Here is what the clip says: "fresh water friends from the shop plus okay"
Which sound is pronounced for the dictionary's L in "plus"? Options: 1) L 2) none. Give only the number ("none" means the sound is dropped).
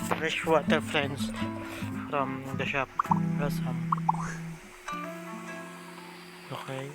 2